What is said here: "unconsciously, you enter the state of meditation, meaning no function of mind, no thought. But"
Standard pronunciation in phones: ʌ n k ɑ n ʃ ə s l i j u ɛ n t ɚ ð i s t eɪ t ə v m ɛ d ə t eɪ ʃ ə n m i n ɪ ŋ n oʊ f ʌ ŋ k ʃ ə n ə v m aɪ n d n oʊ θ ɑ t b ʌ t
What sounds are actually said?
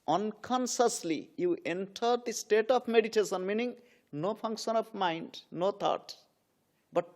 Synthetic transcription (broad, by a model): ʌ n k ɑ n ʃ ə s l i j u ɛ n t ɚ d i s t eɪ t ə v m ɛ d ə t eɪ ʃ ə n m i n ɪ ŋ n oʊ p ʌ ŋ k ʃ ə n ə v m aɪ n d n oʊ t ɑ t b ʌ t